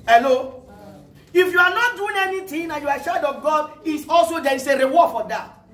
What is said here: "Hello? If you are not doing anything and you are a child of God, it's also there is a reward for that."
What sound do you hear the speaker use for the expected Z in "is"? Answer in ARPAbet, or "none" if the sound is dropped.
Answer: S